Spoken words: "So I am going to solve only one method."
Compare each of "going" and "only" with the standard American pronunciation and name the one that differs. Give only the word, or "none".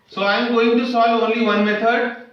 none